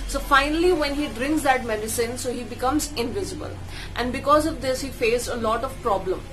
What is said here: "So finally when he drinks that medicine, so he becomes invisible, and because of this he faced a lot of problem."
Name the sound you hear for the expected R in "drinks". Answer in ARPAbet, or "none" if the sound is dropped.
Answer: R